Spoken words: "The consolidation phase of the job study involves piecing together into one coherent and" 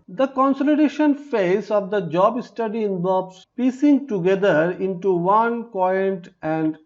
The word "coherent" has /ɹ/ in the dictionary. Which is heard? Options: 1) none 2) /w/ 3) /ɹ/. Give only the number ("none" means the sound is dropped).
1